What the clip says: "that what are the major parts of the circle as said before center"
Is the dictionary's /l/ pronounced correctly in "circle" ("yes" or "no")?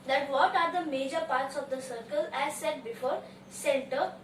yes